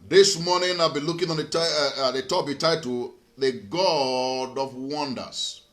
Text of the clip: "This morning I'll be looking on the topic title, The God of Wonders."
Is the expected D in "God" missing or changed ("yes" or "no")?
no